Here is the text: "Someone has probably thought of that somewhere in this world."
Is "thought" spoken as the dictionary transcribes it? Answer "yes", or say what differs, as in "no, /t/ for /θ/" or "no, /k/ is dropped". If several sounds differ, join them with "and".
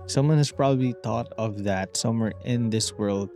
no, /t/ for /θ/